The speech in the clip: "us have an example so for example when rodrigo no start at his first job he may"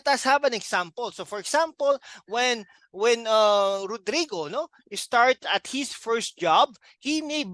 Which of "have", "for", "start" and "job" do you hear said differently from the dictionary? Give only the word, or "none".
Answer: have